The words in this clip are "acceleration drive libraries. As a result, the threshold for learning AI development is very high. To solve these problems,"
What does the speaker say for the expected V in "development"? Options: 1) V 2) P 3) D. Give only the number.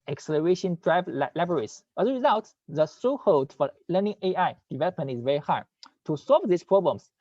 1